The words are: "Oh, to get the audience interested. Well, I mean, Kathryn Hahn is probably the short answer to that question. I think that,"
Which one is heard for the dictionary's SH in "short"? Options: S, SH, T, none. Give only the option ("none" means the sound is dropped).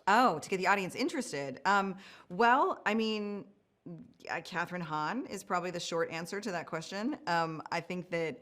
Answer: SH